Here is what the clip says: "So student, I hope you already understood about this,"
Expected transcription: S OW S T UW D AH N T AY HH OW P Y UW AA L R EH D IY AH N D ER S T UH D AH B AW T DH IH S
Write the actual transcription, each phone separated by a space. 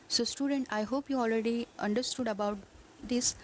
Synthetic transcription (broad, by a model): S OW S T UW D AH N T AY HH OW P Y UW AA L R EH D IY AH N D ER S T UH D AH B AW T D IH S